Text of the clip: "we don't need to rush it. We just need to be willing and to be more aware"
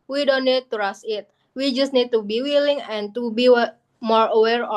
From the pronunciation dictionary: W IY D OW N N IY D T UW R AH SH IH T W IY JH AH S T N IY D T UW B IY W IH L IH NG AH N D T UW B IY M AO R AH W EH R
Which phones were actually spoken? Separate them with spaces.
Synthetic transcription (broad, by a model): W IY D OW N N IY D T UW R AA S IH T W IY JH AH S T N IY D T UW B IY W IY L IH NG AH N T UW B IY M AO R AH W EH R